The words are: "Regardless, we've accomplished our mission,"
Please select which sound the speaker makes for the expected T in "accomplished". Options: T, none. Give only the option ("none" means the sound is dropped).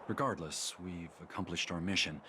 T